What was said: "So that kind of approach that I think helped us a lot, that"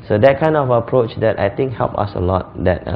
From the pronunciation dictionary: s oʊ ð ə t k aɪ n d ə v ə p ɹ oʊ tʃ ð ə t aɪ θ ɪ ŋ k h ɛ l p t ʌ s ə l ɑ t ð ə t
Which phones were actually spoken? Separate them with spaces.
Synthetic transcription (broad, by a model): s oʊ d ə t k aɪ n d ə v ə p ɹ oʊ tʃ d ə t aɪ t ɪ ŋ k h ɛ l p ʌ s ə l ɑ t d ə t